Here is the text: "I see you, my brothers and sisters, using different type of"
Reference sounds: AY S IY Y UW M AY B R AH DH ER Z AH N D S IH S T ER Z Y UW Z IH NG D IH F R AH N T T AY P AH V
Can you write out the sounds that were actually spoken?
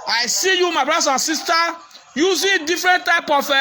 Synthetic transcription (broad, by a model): AY S IY Y UW M AY B R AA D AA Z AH N S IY S T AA Y UW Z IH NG D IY F R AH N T T AY P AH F